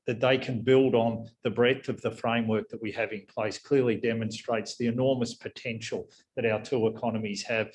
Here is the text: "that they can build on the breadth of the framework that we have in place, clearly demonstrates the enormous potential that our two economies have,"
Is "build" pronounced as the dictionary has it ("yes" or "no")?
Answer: yes